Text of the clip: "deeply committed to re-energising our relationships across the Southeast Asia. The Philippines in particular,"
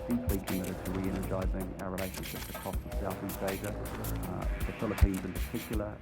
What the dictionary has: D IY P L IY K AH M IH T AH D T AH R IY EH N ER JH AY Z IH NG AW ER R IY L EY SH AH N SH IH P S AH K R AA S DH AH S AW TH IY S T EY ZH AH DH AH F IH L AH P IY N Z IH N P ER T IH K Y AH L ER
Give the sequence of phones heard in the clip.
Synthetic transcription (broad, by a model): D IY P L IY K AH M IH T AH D T AH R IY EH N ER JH AY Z IH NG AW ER R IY L EY SH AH N SH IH P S AH K R AA S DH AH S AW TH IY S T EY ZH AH DH AH F IH L AH P IY N Z IH N P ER T IH K Y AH L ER